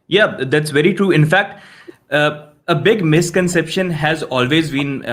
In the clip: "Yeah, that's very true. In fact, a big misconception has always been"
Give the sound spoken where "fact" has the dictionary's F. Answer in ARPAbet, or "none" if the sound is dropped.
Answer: F